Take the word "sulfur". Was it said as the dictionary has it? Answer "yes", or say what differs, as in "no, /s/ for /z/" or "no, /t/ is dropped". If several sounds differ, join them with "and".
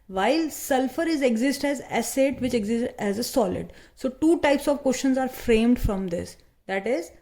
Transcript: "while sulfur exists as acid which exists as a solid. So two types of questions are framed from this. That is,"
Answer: yes